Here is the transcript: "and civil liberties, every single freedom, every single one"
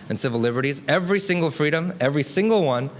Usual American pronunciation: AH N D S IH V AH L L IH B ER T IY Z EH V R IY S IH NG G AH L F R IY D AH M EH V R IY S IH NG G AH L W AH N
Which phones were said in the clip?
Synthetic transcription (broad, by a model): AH N S IH V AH L L IH B ER T IY Z EH V R IY S IH NG G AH L F R IY D AH M EH V R IY S IH NG G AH L W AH N